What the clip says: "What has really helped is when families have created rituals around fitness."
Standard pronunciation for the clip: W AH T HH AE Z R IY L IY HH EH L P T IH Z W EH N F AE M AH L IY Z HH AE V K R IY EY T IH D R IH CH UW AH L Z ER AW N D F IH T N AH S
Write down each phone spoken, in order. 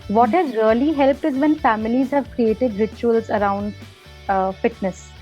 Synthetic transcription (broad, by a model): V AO T HH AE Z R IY L IY HH EH L P T IH Z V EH N F AE M AH L IY Z HH AE V K R IY EY T IH D R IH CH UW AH L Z ER AW N D F IH T N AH S